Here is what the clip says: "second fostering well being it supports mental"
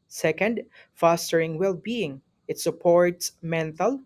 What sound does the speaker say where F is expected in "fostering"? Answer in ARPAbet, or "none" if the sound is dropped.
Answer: F